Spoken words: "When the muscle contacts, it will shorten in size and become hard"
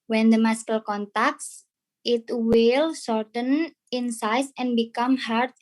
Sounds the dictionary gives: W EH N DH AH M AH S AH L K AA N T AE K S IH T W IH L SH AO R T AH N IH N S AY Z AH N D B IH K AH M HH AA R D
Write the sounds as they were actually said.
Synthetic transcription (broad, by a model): W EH N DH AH M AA S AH L K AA N T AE K S IH T W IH L S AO R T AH N IH N S AY S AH N B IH K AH M HH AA R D